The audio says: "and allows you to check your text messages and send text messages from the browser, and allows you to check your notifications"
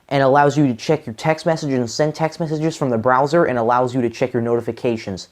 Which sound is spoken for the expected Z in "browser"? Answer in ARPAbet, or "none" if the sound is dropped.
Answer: Z